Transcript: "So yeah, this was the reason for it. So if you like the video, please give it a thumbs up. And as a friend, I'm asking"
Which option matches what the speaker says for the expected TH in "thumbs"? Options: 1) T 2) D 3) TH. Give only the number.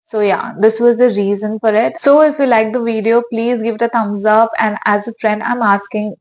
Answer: 1